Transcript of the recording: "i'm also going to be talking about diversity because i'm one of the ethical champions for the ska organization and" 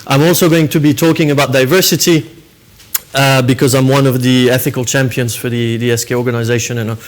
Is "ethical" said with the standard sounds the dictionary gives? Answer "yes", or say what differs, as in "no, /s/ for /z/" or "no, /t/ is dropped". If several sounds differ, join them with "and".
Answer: yes